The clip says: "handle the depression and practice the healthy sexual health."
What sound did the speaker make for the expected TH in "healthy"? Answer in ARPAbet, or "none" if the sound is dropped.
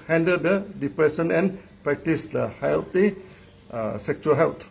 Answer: T